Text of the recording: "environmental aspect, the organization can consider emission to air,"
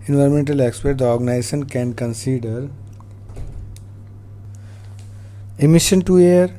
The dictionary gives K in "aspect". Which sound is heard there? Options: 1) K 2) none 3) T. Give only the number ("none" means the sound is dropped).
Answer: 2